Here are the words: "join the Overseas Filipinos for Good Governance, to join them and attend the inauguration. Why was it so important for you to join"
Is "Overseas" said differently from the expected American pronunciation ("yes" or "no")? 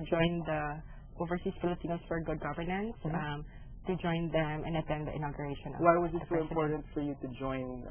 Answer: yes